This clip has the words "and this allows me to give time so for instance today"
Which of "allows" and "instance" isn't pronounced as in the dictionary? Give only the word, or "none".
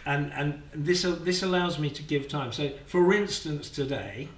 none